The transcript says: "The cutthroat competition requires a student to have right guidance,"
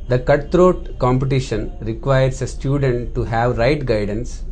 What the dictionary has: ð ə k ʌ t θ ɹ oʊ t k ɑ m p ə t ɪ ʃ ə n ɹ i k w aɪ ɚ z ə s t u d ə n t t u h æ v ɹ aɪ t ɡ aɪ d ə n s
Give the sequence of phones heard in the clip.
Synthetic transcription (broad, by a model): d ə k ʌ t t ɹ oʊ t k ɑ m p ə t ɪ ʃ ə n ɹ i k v aɪ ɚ s ə s t u d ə n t t u h æ v ɹ aɪ t ɡ aɪ d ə n s